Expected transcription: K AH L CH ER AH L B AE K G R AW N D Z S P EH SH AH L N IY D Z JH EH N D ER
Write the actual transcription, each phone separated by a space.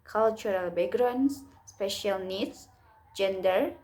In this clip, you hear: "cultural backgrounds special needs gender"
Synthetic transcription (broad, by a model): K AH L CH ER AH L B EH G R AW N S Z S P EH SH AH L N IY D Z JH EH N D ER